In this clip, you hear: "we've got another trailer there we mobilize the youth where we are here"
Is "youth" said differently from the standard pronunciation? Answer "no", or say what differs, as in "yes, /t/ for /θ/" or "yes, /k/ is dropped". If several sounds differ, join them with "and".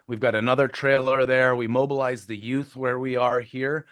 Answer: no